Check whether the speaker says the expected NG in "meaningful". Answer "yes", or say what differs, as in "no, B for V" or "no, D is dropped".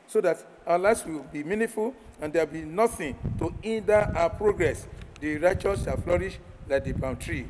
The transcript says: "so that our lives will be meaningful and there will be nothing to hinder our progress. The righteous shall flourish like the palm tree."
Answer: no, NG is dropped